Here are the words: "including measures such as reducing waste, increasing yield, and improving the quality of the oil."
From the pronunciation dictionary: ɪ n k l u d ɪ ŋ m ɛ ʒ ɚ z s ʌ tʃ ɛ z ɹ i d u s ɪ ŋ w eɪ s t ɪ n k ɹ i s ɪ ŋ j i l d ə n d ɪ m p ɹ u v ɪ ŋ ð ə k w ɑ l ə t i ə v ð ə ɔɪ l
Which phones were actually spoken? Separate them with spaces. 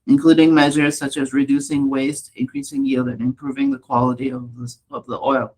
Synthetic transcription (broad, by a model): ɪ n k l u d ɪ ŋ m ɛ ʒ ɚ z s ʌ tʃ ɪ z ɹ i d u s ɪ ŋ w eɪ s t ɪ n k ɹ i s ɪ ŋ j i l d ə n ɪ m p ɹ u v ɪ ŋ ð ə k w ɑ l ə t i ə v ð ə ɔɪ l